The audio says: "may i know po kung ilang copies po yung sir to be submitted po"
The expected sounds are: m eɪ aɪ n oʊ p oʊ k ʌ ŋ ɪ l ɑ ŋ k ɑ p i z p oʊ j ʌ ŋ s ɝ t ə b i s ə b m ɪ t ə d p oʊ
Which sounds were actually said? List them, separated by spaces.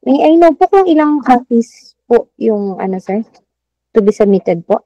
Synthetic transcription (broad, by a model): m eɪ aɪ n oʊ p oʊ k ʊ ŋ ɪ l ɑ ŋ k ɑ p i s p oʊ j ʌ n s ɝ t ə b i s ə m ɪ t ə d p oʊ